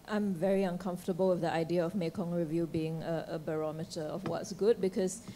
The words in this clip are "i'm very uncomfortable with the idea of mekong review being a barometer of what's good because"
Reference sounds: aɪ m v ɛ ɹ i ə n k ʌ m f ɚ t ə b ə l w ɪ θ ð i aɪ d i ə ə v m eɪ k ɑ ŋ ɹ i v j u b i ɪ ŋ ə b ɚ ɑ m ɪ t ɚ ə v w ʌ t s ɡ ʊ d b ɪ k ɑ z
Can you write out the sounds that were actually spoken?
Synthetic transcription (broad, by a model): aɪ m v ɛ ɹ i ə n k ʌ m f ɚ t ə b ə l w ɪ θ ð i aɪ d i ə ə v m eɪ k ɑ ŋ ɹ i v j u b i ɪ ŋ ə b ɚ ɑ m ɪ t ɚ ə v w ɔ t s ɡ ʊ d b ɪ k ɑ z